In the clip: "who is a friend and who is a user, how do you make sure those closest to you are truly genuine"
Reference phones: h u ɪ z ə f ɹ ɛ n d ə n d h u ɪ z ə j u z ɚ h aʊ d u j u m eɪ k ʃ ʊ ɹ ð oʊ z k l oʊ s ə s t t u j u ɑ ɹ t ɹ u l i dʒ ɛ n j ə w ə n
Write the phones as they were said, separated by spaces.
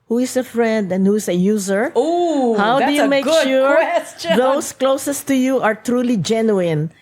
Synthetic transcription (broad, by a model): h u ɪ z ə f ɹ ɛ n d ə n d h u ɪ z ə j u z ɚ h aʊ d u j u m eɪ k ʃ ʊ ɹ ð oʊ s k l oʊ s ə s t t u j u ɑ ɹ t ɹ u l i dʒ ɛ n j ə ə n